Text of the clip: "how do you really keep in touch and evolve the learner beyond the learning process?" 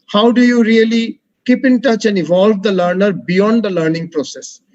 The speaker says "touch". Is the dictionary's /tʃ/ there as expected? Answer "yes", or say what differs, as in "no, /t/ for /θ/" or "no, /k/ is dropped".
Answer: yes